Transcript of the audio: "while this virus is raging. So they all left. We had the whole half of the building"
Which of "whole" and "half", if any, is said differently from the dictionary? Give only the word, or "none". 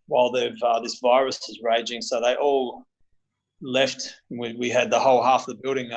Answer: none